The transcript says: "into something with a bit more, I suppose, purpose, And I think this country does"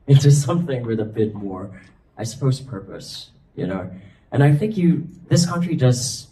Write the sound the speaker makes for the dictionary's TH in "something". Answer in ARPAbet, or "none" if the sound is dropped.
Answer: TH